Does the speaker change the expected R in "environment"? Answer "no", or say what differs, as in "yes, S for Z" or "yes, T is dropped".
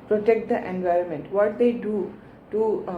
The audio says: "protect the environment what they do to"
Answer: no